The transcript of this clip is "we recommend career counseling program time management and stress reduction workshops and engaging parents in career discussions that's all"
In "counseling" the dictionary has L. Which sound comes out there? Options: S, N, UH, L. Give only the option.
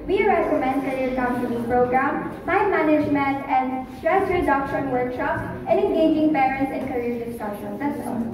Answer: N